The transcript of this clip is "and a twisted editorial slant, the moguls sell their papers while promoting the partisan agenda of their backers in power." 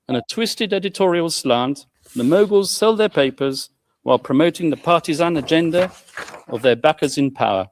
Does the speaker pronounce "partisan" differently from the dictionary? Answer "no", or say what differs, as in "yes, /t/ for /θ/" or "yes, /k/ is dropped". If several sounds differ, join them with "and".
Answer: no